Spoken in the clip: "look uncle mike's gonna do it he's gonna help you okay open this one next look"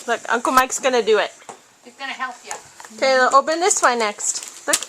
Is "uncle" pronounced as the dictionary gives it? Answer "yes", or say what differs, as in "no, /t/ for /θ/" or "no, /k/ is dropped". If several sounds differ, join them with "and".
yes